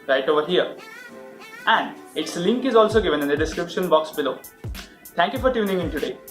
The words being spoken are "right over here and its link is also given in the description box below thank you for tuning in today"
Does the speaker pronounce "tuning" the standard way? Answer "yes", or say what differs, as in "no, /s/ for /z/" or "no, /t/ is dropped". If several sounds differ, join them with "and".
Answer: yes